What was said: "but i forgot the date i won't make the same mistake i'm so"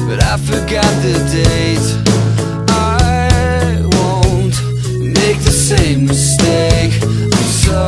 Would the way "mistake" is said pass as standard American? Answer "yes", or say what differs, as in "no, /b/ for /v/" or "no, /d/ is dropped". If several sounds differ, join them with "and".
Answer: no, /k/ is dropped